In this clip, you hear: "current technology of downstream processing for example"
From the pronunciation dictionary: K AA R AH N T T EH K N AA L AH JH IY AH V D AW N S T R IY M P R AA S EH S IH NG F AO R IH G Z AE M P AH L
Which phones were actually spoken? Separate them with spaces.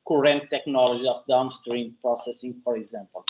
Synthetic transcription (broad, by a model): K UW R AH N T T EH K N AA L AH ZH IY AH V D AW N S T R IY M P R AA S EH S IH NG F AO R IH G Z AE M P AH L